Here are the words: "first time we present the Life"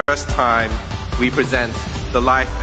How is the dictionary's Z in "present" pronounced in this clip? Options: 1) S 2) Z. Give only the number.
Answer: 2